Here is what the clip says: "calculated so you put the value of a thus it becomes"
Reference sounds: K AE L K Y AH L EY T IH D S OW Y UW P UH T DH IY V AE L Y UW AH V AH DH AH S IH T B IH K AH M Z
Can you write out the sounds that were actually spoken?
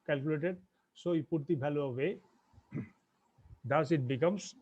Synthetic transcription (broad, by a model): K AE L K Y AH L EY T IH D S OW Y P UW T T IY B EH L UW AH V AH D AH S IH T B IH K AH M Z